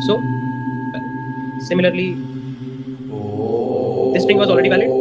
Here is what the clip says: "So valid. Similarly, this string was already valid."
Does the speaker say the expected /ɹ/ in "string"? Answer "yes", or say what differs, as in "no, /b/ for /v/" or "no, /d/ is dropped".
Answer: no, /ɹ/ is dropped